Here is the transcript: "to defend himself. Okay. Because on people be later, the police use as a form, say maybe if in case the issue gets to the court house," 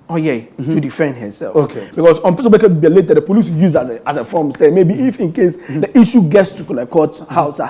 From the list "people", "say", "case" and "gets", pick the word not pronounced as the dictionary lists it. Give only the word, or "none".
people